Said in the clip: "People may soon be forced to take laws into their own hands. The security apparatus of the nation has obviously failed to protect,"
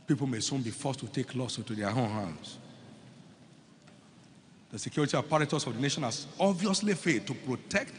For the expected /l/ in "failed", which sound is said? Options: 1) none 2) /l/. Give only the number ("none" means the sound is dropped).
1